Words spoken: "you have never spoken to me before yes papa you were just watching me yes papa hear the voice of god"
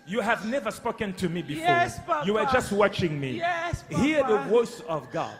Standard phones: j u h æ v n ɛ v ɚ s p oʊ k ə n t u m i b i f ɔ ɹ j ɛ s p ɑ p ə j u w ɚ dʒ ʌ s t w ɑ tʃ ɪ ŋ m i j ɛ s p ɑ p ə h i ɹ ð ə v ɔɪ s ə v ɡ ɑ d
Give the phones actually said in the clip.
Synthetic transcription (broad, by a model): j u h æ v n ɛ v ɚ s p oʊ k ə n t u m i b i f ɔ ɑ j u w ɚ dʒ ʌ s t w ɑ tʃ ɪ ŋ m i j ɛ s h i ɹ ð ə v ɔɪ s ə v ɡ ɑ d